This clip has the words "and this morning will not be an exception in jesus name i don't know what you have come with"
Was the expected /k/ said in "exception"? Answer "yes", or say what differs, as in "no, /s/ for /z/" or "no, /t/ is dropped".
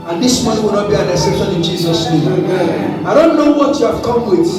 no, /k/ is dropped